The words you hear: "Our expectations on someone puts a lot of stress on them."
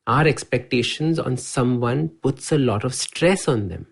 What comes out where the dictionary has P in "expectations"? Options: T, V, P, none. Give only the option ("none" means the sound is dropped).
P